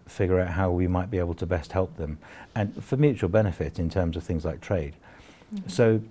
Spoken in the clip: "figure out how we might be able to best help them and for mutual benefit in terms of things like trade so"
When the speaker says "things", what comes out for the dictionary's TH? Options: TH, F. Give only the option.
TH